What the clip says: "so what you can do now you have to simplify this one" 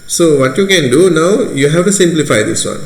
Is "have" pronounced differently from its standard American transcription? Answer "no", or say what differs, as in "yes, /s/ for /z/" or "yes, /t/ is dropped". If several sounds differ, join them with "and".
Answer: yes, /f/ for /v/